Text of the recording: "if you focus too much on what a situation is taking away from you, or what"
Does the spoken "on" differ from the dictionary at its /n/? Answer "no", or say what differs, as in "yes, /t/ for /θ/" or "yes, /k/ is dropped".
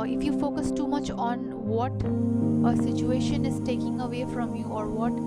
no